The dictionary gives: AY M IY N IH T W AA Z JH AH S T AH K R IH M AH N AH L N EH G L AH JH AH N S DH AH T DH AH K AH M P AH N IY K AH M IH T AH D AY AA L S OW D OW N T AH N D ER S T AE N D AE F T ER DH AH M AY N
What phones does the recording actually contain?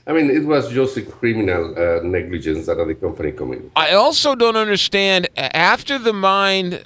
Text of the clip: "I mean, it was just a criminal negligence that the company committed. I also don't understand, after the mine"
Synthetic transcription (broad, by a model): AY M IY N IH T W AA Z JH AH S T AH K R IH M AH N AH L N EH G L AH JH AH N S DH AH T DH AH K AH M P AH N IY K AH M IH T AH AY AA L S OW D OW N T AH N D ER S T AE N D AE F T ER DH AH M AY N